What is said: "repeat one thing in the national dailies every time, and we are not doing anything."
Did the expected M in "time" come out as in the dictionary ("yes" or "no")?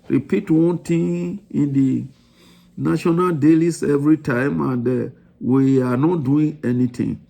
yes